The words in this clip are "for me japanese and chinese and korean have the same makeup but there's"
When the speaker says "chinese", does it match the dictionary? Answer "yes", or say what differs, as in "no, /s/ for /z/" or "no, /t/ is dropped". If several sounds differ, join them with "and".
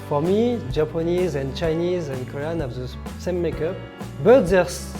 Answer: yes